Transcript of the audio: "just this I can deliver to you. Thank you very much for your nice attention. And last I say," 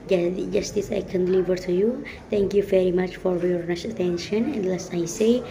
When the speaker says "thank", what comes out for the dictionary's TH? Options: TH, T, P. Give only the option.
T